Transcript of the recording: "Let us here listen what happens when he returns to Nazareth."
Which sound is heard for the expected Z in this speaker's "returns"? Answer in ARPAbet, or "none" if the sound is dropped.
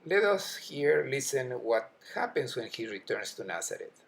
S